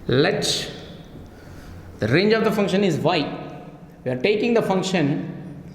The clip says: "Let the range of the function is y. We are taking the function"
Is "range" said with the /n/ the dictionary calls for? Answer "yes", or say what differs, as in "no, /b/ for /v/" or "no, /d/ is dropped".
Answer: yes